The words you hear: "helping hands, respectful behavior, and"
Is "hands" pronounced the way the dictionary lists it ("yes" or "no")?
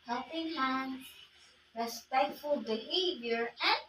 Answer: no